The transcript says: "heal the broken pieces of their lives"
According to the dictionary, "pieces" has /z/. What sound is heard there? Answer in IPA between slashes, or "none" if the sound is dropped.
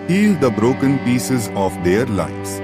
/z/